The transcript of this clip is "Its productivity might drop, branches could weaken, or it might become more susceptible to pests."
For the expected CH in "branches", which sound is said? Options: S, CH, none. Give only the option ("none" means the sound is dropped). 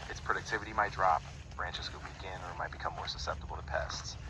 CH